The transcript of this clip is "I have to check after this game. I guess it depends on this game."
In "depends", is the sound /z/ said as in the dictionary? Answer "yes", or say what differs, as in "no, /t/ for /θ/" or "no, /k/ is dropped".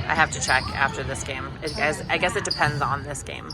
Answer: yes